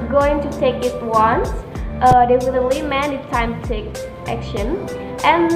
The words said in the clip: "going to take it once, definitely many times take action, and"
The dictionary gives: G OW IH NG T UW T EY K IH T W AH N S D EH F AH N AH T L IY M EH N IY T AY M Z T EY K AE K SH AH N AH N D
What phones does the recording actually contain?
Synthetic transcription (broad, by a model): G OW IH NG T UW T EY K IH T W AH N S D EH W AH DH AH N L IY M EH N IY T AY M T EY K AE K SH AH N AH N